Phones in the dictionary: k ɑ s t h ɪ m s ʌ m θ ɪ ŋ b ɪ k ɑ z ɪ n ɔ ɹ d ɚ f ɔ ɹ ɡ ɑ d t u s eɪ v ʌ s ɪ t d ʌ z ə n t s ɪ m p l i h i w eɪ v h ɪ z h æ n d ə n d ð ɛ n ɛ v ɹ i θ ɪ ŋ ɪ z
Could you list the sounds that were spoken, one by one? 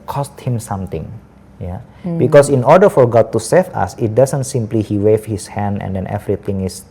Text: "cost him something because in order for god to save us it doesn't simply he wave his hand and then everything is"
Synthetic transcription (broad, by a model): k ɑ s t h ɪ m s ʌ m t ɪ ŋ b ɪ k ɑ s ɪ n ɔ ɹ d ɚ f ɔ ɹ ɡ ɑ d t u s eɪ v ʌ s ɪ t d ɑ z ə n t s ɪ m p l i h i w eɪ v h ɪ s h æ n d ə n d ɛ n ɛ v ɹ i t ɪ ŋ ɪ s